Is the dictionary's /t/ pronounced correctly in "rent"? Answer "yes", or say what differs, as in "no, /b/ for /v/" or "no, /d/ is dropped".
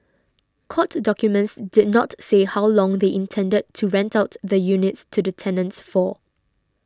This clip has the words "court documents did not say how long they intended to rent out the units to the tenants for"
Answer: yes